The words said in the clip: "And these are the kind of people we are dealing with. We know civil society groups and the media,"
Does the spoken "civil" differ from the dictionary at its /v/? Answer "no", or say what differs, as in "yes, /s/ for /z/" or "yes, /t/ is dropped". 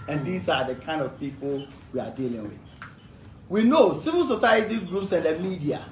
no